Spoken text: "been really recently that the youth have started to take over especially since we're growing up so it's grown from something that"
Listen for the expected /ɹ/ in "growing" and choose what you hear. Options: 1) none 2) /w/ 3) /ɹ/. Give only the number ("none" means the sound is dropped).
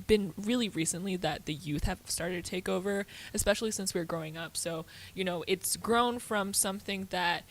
3